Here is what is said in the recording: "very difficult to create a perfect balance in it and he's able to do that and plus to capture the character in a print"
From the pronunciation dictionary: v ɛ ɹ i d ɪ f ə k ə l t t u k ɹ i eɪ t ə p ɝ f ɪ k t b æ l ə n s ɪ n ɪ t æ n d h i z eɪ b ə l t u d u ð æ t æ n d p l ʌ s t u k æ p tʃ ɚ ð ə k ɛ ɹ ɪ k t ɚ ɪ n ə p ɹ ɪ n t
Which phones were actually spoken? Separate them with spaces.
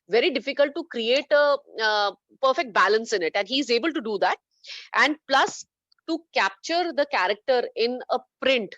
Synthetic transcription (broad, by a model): v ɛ ɹ i d ɪ f ə k ə l t t u k ɹ i eɪ t ə p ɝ f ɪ k t b æ l ə n s ɪ n ɪ t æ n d h i z eɪ b ə l t u d u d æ t æ n d p l ʌ s t u k æ p tʃ ɚ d ə k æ ɹ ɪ k t ɚ ɪ n ə p ɹ ɪ n t